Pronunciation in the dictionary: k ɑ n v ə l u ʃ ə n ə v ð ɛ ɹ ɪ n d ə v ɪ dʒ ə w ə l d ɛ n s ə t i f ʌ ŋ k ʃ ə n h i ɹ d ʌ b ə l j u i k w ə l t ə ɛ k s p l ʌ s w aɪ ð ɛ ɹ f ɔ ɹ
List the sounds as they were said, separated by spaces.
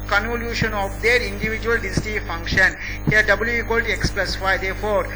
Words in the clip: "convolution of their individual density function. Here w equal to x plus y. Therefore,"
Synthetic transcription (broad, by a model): k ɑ n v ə l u ʃ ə n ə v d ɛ ɹ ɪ n d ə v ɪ dʒ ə ə l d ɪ s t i f ʌ ŋ k ʃ ə n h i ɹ d ʌ b ə l j u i k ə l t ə k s p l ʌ s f aɪ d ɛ ɹ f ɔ ɹ